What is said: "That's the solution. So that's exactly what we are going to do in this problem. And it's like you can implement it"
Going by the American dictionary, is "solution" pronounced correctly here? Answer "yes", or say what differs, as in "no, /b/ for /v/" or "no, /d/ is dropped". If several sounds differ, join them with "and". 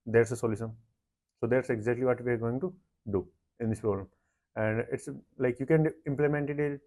no, /s/ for /ʃ/